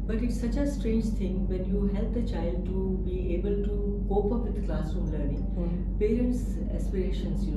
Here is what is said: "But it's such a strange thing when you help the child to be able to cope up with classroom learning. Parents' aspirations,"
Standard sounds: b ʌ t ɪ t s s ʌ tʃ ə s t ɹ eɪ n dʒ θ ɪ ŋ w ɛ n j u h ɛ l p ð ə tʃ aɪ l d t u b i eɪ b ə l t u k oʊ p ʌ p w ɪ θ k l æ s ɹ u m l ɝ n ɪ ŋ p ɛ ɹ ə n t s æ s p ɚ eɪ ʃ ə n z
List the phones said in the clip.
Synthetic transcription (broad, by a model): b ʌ t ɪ t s s ʌ tʃ ə s t ɹ eɪ n dʒ t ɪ ŋ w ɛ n j u h ɛ l p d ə tʃ aɪ l d t u b i eɪ b ə l t u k oʊ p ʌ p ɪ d k l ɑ s u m l ɝ n ɪ ŋ p ɛ ɹ ə n t s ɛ s p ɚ eɪ ʃ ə n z